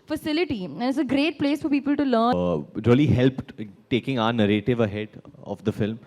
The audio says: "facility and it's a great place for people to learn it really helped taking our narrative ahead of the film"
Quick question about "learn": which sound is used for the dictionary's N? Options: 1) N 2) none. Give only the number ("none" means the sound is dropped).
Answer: 2